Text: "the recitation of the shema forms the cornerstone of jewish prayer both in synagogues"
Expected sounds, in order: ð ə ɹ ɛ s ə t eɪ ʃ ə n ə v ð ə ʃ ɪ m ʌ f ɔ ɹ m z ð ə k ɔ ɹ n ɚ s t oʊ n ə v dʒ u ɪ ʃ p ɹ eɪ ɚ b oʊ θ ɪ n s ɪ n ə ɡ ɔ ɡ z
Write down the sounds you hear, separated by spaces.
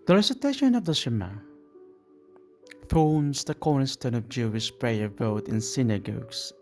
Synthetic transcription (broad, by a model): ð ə ɹ ɛ s ə t eɪ ʃ ə n ə v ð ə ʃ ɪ m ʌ f ɔ ɹ m z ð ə k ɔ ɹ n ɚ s t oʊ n ə v dʒ u ɪ ʃ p ɹ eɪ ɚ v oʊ t ɪ n s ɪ n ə ɡ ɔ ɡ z